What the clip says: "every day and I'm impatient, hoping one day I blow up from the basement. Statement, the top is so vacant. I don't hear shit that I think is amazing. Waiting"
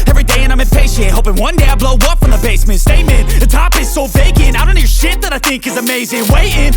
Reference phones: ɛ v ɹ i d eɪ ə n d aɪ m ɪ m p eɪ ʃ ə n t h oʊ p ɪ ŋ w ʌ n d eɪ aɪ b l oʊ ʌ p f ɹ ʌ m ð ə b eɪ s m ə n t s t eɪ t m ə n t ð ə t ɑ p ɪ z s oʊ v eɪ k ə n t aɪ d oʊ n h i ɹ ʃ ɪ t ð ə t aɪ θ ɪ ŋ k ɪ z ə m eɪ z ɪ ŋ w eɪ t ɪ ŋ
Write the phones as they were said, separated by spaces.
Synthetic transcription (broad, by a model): ɛ v ɹ i d eɪ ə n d aɪ m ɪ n p eɪ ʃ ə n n h oʊ p ɪ ŋ w ʌ n d eɪ aɪ b l oʊ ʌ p f ɹ ʌ m ð ə b eɪ s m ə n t s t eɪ m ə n ð ə t ɑ p ɪ z s oʊ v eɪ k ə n aɪ d oʊ n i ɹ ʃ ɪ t ð ə t aɪ θ ɪ ŋ k ɪ z ə m eɪ z ɪ ŋ w eɪ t ɪ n